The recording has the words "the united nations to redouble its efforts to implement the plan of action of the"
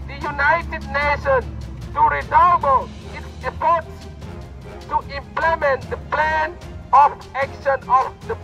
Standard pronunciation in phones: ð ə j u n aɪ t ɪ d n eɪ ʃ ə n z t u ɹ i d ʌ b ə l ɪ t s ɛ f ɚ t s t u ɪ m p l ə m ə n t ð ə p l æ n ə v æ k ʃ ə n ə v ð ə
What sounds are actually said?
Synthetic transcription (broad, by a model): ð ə j u n aɪ t ɪ d n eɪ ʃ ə n t u ɹ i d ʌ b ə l ɪ t s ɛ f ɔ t s t u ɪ m p l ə m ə n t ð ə p l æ n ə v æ k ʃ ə n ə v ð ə